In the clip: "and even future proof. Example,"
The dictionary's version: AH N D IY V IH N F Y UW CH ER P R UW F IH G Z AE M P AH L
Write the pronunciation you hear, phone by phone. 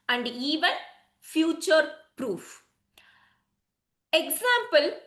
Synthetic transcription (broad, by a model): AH N D IY V IH N F Y UW CH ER P R UW F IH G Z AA M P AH L